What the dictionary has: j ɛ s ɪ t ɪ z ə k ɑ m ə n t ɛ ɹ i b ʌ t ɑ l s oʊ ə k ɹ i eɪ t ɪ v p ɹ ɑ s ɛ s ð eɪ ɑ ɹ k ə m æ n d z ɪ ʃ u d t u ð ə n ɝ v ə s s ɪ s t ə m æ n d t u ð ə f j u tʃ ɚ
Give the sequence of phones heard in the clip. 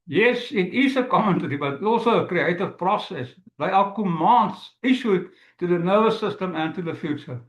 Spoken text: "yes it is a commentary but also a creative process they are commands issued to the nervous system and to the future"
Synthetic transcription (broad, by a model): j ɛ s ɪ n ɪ s ə k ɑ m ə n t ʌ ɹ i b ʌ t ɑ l s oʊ ə k ɹ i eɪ t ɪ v p ɹ ɑ s ɛ s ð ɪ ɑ l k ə m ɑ n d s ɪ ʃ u t u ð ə n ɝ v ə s s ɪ s t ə m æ n t u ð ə f j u tʃ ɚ